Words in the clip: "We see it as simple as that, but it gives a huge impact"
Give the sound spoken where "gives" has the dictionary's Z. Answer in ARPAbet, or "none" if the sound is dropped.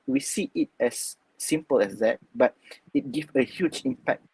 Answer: none